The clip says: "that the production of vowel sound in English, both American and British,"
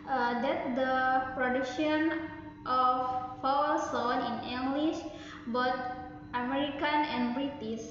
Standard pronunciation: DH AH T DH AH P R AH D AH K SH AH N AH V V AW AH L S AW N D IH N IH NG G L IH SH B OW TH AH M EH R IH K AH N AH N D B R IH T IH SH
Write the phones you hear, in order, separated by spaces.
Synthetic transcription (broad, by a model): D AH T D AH P R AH D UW K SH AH N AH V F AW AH S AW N IH N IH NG G L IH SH B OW T AH M EH R IH K AH N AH N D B R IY T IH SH